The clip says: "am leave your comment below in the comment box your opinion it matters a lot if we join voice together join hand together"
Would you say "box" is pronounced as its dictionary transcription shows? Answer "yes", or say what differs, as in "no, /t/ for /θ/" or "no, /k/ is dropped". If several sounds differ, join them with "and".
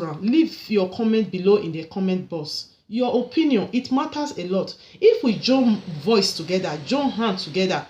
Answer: no, /k/ is dropped